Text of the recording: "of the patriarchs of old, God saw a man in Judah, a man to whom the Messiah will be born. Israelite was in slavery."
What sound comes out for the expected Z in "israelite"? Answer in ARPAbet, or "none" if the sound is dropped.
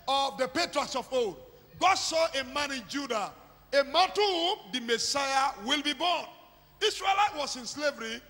S